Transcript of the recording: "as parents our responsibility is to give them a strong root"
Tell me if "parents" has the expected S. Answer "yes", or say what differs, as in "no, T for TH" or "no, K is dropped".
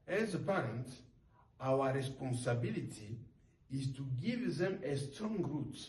no, S is dropped